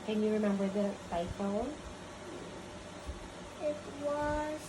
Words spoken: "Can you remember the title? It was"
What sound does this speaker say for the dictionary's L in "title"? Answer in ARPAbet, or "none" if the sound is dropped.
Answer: N